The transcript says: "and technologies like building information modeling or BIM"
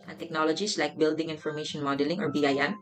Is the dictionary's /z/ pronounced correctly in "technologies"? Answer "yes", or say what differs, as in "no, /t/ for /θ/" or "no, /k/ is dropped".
no, /s/ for /z/